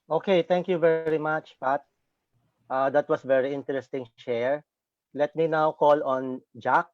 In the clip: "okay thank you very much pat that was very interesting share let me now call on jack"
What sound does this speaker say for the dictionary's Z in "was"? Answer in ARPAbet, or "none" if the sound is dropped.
S